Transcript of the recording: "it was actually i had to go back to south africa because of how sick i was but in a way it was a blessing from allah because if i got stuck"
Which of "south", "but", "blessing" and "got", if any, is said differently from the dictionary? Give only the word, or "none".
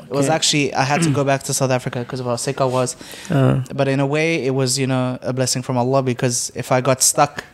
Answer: none